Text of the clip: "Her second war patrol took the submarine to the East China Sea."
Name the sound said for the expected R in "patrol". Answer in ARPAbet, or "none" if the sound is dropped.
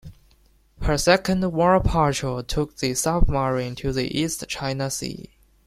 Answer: none